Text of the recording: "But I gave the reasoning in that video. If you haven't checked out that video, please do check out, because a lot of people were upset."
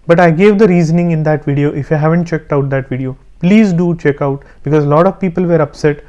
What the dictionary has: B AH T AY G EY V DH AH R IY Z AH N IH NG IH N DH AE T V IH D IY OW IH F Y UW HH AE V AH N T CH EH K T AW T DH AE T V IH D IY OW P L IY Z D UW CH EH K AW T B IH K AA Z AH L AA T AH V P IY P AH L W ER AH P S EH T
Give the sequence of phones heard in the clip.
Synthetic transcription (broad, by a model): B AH T AY G EY V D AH R IY Z AH N IH NG IH N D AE T V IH D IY OW IH F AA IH HH AE V AH N T CH EH K T AW T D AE T V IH D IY OW P L IY Z D UW CH EH K AW T B IH K AA Z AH L AA T AH V P IY P AH L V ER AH P S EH T